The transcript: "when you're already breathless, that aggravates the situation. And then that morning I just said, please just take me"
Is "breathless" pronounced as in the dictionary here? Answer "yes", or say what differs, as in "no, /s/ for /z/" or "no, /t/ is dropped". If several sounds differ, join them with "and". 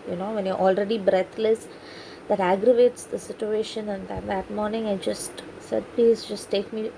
no, /t/ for /θ/